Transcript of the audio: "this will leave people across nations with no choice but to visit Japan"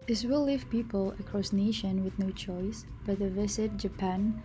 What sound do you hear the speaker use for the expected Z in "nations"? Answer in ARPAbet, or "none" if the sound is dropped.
none